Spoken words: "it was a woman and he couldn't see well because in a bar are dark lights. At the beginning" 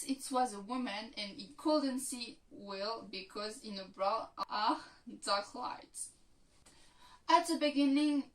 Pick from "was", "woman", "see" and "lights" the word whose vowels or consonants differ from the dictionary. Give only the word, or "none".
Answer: lights